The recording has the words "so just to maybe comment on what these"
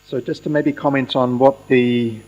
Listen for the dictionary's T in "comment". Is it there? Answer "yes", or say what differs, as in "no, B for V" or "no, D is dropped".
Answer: yes